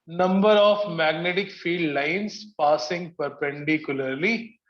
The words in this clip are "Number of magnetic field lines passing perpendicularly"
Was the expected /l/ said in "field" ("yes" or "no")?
no